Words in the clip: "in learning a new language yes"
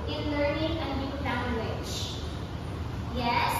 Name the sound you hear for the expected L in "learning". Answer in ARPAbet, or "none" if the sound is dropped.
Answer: L